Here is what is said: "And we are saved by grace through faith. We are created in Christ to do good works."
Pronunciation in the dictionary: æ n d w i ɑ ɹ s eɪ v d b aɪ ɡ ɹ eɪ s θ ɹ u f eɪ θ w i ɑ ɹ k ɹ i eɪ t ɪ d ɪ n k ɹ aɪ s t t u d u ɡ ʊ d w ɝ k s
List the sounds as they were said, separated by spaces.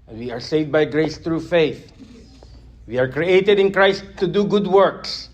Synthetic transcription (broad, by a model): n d w i ɑ ɹ s eɪ v d b aɪ ɡ ɹ eɪ s t ɹ u f eɪ θ w i ɑ ɹ k ɹ i eɪ t ɪ d ɪ n k ɹ aɪ s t t u d u ɡ ʊ d w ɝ k s